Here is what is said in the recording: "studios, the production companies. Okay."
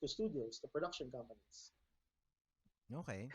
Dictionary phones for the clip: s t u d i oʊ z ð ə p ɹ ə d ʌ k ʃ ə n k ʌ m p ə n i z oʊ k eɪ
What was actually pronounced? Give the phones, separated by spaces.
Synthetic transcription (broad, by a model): s t u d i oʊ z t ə p ɹ ə d ʌ k ʃ ə n k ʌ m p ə n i s oʊ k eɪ